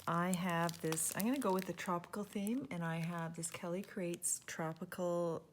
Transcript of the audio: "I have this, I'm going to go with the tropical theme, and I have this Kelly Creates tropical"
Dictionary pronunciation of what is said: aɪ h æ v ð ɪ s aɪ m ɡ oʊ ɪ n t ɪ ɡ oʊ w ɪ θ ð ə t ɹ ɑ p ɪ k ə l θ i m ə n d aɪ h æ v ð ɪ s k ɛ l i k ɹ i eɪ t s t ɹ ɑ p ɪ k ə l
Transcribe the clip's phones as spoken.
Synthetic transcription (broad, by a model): aɪ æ v ð ɪ s aɪ m ɡ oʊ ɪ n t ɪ ɡ oʊ w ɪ ð ə t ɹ ɑ p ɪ k l θ i m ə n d aɪ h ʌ v ð ɪ s k ɛ l i k ɹ i eɪ t s t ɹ ɑ p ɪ k l